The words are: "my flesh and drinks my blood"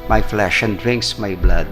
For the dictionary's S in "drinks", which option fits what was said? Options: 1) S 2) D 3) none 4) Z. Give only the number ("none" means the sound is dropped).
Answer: 1